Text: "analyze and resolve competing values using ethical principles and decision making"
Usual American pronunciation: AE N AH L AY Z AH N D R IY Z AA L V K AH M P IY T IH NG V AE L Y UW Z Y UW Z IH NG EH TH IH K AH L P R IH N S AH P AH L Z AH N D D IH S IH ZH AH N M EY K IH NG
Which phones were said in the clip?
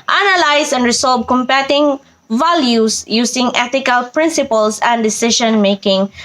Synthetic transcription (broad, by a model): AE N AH L AY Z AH N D R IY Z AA L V K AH M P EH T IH NG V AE L Y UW S Y UW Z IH NG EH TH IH K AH L P R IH N S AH P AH L S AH N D D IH S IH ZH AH N M EY K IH NG